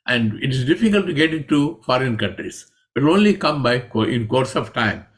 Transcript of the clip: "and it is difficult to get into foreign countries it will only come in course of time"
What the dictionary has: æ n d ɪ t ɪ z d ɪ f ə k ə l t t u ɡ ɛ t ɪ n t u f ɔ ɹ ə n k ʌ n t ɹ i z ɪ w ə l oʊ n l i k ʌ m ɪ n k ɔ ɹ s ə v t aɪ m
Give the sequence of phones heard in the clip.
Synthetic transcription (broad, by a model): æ n d ɪ t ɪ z d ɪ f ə k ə l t t u ɡ ɛ t ɪ n t u f ɔ ɹ ə n k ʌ n t ɹ i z ɪ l oʊ n l i k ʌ m ɪ n k ɔ ɹ s ə v t aɪ m